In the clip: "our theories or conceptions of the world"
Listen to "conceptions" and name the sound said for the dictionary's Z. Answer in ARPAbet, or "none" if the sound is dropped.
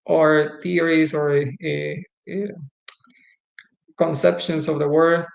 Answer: S